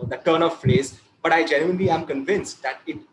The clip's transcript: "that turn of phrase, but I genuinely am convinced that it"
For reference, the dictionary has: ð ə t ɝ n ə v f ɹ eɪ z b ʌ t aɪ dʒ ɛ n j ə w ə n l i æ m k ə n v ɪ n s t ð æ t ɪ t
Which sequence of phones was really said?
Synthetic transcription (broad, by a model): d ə t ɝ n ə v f l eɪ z b ʌ t aɪ dʒ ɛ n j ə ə n l i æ m k ə n v ɪ n s t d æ t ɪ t